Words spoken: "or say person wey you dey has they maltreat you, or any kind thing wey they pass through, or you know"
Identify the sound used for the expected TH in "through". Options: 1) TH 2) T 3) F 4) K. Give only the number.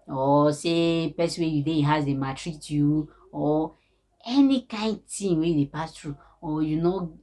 2